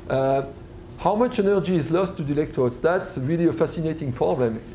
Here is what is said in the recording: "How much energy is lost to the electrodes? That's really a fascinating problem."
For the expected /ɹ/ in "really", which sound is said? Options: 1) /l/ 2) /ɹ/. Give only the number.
2